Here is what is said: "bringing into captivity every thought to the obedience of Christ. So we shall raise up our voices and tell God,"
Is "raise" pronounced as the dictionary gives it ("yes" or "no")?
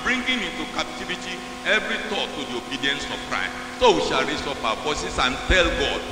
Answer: no